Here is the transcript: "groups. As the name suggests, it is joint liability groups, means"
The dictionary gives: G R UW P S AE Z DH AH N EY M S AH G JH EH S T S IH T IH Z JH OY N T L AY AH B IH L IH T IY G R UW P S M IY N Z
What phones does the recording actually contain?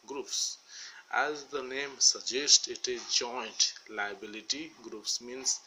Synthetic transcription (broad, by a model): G R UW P S AE Z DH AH N EY M S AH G JH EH S T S IH T IH Z JH OY N T L AY AH B IH L IH T IY G R UW P S M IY N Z